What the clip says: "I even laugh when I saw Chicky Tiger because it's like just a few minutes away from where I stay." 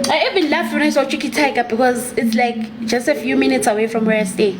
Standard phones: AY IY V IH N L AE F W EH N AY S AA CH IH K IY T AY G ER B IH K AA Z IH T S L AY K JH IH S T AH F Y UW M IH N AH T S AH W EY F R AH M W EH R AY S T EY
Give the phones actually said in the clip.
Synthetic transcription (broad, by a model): AY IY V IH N L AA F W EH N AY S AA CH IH K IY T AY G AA B IH K AA Z IH T S L AY K JH IH S T AH F Y UW M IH N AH T S AH W EY F R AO M W EH R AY S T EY